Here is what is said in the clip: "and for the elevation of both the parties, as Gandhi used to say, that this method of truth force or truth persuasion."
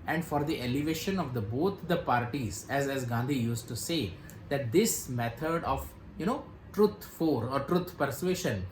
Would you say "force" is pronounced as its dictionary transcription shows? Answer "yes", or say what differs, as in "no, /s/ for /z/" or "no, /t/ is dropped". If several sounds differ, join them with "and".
no, /s/ is dropped